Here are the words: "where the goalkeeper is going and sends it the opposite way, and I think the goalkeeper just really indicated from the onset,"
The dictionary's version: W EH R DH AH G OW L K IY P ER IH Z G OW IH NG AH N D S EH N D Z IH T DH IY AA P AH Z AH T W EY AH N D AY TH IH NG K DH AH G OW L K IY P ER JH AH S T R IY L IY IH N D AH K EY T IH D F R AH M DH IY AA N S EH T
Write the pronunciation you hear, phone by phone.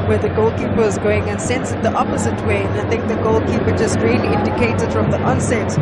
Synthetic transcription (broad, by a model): W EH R DH AH G OW L K IY P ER IH Z G OW IH NG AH N S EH N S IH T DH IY AA P AH Z AH T W EY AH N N AY TH IH NG K DH AH G OW L K IY P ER JH AH S T R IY L IY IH N D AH K EY T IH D F R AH M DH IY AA N S EH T